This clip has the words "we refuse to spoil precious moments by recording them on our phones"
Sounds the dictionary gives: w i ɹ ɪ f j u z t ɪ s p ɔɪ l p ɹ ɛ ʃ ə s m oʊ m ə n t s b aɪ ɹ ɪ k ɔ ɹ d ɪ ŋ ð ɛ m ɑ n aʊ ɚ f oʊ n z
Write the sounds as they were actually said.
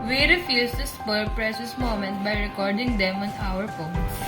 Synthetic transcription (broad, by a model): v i ɹ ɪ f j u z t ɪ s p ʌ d p ɹ ɛ ʃ ə s m oʊ m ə n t b aɪ ɹ ɪ k ɔ ɹ d ɪ ŋ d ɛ m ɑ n aʊ ɚ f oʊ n